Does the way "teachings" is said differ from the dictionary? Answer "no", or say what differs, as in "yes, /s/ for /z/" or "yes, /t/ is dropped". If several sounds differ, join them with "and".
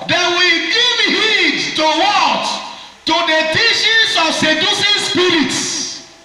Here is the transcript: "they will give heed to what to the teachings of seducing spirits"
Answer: yes, /ʃ/ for /tʃ/